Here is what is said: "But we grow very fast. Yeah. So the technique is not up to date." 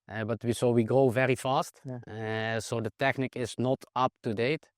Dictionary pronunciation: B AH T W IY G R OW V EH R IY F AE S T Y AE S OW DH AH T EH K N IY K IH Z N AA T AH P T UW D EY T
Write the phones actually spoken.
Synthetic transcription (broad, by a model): B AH T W IY G R OW V EH R IY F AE S T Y S OW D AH T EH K N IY K IH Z N AA T AH P T UW D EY T